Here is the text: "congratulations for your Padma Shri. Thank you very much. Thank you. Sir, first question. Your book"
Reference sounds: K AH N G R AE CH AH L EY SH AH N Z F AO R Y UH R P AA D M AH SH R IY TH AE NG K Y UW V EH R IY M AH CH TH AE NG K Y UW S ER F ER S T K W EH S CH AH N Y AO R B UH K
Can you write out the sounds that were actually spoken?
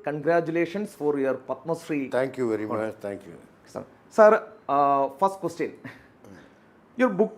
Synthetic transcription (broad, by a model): K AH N G R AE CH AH L EY SH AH N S F AO R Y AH R P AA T M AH S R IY T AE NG K Y UW V EH R IY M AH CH T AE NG K Y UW S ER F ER S T K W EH S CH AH N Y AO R B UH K